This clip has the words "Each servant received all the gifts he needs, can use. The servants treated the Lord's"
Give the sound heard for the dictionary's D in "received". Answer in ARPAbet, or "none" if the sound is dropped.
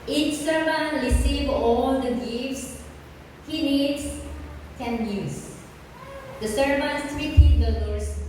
none